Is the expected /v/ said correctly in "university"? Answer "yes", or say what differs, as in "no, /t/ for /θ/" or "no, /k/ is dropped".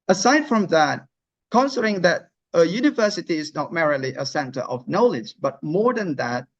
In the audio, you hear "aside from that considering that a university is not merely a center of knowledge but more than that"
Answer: yes